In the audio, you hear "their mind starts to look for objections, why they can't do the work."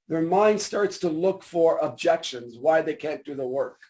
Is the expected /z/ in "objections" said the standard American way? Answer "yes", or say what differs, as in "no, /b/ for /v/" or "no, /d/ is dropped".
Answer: yes